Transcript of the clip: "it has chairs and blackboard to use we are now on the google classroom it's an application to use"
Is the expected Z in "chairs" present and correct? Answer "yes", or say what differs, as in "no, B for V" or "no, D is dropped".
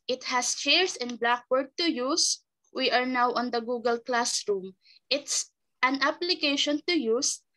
no, S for Z